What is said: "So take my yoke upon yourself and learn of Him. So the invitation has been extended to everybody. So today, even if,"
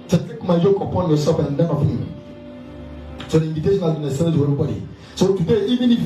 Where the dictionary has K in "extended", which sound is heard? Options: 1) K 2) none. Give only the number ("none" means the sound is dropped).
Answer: 2